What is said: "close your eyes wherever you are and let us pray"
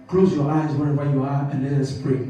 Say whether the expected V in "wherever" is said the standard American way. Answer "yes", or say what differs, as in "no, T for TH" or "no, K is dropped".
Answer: no, W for V